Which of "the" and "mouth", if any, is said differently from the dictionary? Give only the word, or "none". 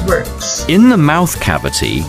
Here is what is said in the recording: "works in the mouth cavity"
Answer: none